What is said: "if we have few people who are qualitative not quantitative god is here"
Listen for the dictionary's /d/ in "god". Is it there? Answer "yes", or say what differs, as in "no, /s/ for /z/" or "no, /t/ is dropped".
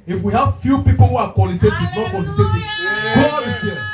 no, /d/ is dropped